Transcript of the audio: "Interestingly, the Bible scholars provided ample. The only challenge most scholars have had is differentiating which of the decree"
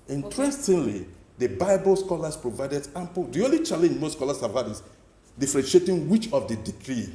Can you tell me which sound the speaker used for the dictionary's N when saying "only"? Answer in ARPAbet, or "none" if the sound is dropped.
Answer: none